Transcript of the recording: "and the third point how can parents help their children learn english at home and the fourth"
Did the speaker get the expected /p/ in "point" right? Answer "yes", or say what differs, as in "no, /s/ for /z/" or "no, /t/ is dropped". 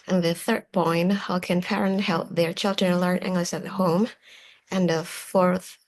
no, /b/ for /p/